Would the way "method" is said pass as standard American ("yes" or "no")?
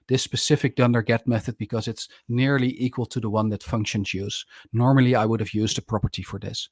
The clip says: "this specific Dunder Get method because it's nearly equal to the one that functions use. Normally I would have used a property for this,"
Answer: yes